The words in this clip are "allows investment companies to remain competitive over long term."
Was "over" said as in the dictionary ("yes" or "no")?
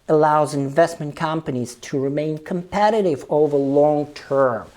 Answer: yes